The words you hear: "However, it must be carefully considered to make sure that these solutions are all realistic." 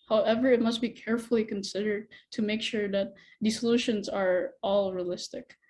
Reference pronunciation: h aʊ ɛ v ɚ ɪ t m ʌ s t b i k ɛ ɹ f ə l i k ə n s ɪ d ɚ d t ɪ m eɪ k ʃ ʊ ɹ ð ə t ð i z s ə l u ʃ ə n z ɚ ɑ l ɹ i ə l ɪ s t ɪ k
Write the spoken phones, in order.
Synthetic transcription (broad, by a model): h aʊ ɛ v ɚ ɪ t m ʌ s t b i k ɛ ɹ f l i k ə n s ɪ d ɚ d t ɪ m eɪ k ʃ ʊ ɹ ð ə t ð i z s ə l u ʃ ə n z ɚ ɑ l ɹ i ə l ɪ s t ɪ k